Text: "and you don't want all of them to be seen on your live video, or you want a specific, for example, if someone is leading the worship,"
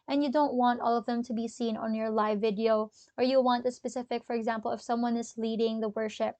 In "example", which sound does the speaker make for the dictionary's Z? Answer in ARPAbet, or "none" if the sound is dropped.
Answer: Z